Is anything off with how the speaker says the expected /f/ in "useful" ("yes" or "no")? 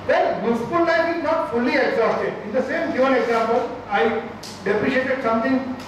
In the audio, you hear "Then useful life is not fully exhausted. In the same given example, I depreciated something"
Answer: yes